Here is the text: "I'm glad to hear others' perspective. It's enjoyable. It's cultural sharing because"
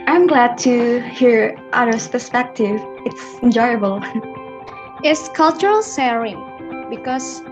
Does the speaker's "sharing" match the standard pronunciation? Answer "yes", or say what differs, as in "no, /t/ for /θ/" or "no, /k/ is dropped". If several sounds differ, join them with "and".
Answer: no, /s/ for /ʃ/